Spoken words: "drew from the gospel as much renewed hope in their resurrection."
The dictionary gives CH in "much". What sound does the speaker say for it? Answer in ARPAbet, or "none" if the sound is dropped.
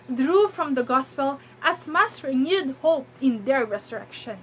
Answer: S